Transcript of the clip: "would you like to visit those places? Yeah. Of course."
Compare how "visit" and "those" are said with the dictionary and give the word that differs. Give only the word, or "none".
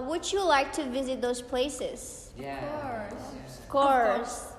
none